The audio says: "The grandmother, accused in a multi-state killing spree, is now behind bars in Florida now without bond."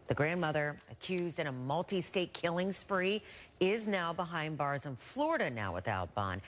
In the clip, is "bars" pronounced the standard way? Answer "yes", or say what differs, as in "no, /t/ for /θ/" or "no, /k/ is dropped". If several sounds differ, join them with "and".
yes